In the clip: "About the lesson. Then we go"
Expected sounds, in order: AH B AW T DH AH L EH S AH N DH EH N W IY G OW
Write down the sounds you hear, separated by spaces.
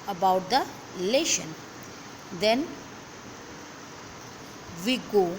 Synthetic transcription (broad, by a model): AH B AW T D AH L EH SH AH N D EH N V IY G OW